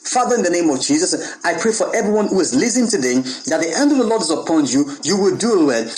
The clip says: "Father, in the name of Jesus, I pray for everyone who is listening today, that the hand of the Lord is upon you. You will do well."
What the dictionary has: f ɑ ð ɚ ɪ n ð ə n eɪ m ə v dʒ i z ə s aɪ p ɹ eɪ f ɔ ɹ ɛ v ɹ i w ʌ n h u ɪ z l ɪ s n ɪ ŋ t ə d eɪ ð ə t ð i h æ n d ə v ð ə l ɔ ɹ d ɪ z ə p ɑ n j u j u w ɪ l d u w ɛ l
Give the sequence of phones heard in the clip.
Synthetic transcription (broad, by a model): f ɑ ð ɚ ɪ n ð ə n eɪ m ə v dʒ i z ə s aɪ p ɹ eɪ f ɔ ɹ ɛ v ɹ i w ʌ n h u ɪ z l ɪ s ɪ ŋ t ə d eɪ ð ə t ð i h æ n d ə v ð ə l ɔ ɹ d ɪ z ə p ɑ n j u j u w ɪ l d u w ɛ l